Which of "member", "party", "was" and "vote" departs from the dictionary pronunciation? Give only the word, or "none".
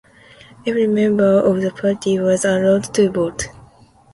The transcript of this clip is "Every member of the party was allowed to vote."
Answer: vote